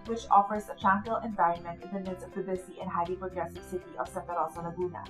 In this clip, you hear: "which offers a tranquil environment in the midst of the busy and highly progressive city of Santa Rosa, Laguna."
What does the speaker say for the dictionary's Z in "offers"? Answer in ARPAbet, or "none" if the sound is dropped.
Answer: Z